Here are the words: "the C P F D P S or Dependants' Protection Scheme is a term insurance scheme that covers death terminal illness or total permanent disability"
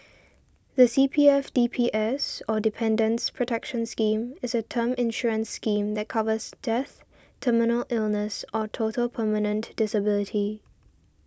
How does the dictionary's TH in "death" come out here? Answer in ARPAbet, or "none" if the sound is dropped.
TH